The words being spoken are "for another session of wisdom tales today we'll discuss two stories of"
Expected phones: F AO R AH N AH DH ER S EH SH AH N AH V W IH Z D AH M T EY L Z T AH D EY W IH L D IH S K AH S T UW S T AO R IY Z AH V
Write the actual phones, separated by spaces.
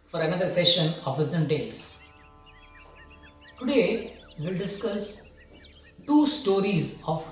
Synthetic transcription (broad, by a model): F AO R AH N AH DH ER S EH SH AH N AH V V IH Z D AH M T EY L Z T AH D EY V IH L D IH S K AH S T UW S T AO R IY Z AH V